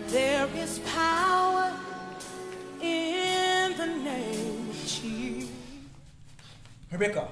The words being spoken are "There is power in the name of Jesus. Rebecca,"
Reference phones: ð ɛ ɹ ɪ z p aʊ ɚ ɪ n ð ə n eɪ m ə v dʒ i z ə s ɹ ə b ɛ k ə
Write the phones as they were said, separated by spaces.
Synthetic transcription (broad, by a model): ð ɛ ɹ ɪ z p aʊ ɚ ɪ n ð ə n eɪ m ə v tʃ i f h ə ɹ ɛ k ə